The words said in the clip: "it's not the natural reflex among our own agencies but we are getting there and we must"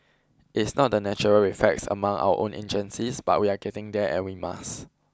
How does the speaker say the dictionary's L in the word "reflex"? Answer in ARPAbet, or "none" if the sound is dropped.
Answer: none